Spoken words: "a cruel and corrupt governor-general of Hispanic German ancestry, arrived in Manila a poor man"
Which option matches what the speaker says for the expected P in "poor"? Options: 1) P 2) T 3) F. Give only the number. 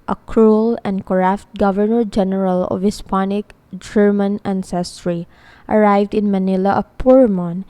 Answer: 1